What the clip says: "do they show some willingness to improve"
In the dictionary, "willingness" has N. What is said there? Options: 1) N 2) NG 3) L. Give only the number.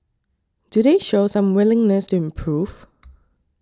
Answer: 1